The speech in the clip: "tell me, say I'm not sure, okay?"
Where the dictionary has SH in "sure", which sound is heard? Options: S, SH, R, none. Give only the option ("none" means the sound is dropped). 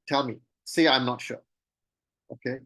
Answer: SH